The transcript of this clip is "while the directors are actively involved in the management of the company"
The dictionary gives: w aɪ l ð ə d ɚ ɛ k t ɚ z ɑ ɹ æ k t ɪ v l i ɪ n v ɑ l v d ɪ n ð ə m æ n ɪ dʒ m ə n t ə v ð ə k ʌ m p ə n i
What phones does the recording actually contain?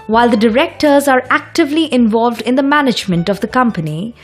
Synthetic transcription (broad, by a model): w aɪ l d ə d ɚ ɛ k t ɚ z ɑ ɹ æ k t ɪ v l i ɪ n v ɑ l v d ɪ n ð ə m æ n ɪ dʒ m ə n t ə v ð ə k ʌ m p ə n i